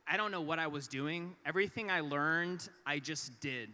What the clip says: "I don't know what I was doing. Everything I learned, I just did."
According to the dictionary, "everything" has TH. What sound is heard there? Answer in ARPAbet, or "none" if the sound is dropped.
TH